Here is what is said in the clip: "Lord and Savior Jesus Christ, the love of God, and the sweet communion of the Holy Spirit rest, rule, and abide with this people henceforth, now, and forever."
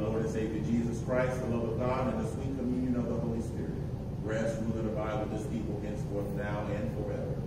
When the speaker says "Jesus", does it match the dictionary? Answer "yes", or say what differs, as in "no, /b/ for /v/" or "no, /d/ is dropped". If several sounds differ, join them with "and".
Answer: yes